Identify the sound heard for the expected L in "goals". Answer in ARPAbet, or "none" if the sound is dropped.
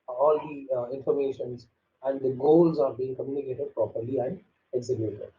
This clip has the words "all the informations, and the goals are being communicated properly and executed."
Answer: L